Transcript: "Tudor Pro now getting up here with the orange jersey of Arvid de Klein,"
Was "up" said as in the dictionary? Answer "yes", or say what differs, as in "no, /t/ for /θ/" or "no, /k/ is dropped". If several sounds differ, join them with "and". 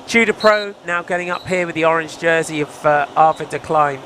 yes